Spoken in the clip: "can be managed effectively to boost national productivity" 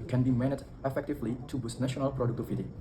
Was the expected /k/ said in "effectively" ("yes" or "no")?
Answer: yes